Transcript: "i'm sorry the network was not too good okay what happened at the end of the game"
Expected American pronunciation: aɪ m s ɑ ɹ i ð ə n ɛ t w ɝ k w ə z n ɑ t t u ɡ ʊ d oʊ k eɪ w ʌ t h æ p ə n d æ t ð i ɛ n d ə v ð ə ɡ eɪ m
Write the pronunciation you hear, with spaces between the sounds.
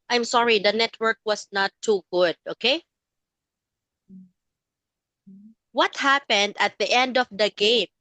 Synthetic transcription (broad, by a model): aɪ m s ɑ ɹ i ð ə n ɛ t w ɝ k w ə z n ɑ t t u ɡ ʊ d oʊ k eɪ w ʌ t h æ p ə n d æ t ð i ɛ n d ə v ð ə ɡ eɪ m